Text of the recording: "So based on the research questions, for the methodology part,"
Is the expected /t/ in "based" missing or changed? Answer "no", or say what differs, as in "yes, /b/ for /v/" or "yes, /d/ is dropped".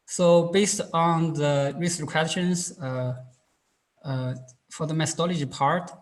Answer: no